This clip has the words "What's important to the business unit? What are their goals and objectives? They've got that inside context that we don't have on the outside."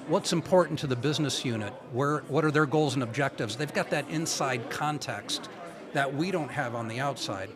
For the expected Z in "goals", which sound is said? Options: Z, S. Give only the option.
Z